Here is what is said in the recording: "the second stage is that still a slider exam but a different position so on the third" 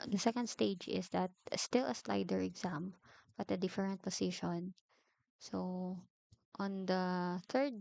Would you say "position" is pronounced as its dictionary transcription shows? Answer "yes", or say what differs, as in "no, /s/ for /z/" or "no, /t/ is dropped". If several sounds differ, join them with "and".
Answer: no, /s/ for /z/